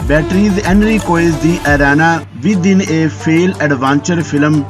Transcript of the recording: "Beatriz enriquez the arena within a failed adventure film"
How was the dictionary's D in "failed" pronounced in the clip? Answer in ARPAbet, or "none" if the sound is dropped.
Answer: none